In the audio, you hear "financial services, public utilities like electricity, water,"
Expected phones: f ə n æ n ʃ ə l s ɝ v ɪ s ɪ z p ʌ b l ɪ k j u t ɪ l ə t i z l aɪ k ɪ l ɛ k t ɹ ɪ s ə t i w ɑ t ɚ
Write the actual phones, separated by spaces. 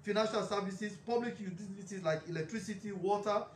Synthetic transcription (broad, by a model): f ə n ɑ n ʃ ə l s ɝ v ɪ s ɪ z p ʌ b l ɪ k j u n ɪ ə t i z l aɪ k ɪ l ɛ k t ɹ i s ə t i w ɑ t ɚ